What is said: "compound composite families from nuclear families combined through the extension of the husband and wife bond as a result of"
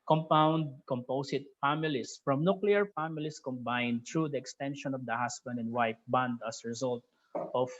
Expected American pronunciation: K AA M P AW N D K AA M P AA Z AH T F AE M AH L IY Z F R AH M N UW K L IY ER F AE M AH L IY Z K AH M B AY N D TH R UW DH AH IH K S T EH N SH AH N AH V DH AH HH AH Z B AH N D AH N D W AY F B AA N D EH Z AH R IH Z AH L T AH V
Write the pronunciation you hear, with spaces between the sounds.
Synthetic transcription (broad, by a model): K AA M P AW N D K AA M P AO S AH T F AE M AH L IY S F R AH M N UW K L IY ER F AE M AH L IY S K AH M B AY N D T R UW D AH IH K S T EH N SH AH N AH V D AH HH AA S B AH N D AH N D W AY P B AA N D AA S R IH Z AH L T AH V